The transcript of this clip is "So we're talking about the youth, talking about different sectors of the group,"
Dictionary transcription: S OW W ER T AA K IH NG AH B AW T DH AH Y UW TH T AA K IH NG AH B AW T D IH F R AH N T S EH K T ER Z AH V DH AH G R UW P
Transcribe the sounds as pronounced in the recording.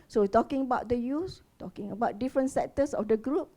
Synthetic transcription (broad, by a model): S OW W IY T AA K IH NG AH B AW T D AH Y UW S T AA K IH NG AH B AW T D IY F R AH N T S EH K T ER S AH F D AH G R UW P